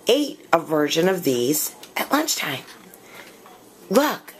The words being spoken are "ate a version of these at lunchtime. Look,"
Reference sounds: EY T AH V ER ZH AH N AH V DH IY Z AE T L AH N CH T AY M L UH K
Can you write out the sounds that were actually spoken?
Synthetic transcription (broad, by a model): EY T AH V ER ZH AH N AH V DH IY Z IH T L AH N CH T AY M L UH K